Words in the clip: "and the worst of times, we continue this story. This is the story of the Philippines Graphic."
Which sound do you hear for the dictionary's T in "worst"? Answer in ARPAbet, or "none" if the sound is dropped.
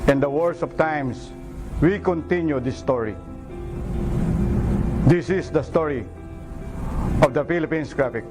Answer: none